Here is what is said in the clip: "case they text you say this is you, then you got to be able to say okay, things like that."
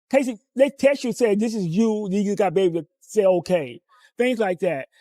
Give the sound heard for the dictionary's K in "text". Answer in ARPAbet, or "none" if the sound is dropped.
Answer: none